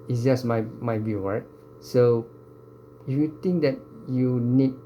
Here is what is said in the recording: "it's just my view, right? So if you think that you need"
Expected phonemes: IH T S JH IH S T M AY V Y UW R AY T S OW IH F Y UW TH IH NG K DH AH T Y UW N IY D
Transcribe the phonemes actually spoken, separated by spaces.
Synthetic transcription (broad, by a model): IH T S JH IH S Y M AY B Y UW R AY T S OW IH F Y UW T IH NG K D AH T Y UW N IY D